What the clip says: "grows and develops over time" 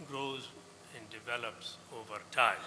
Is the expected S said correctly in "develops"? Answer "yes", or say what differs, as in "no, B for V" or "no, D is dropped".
yes